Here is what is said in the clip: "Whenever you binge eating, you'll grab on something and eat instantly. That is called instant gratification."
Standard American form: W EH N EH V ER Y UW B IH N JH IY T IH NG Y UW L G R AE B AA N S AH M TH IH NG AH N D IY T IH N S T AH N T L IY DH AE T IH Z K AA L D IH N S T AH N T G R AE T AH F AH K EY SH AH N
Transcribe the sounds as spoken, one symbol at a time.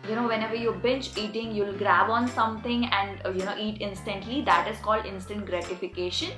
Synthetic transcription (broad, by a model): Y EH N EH V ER Y UW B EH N CH IY T IH NG Y UW L G R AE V AA N S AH M T IH NG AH N D IY T IH N S T AH N T L IY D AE T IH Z K AA L D IH N S T AH N T G R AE T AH F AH K EY SH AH N